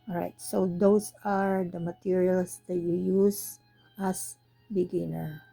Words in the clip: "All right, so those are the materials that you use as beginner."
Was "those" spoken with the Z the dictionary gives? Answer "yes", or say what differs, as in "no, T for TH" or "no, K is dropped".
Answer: no, S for Z